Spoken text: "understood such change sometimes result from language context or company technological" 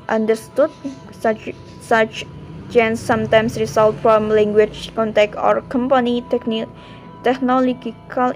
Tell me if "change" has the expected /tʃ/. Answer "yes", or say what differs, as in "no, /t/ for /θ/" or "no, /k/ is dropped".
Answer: no, /s/ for /tʃ/